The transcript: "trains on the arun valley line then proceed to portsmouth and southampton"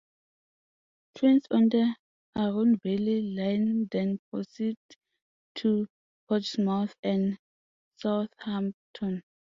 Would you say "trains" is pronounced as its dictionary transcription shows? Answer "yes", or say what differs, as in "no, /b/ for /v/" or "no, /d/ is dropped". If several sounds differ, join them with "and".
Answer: no, /s/ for /z/